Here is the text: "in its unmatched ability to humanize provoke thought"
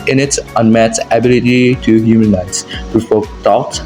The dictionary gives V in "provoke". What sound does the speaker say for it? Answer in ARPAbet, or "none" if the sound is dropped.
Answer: F